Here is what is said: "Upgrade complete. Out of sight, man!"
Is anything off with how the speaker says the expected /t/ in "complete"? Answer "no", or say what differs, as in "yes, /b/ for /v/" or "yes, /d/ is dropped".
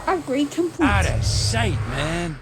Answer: yes, /t/ is dropped